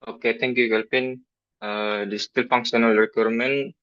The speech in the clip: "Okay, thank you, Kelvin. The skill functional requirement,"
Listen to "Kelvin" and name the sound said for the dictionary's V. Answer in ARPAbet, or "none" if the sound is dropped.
P